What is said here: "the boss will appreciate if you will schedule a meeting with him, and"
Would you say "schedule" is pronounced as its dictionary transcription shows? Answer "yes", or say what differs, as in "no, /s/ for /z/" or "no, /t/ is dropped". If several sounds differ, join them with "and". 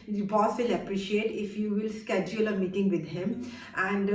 yes